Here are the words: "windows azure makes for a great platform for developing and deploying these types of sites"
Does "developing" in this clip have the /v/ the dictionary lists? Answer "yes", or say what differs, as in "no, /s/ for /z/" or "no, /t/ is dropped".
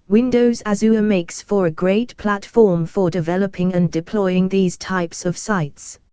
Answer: yes